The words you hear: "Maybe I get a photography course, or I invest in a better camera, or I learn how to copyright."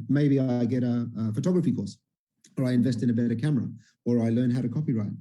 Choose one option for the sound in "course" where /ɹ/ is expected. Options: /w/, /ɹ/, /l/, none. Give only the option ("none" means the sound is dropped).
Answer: /l/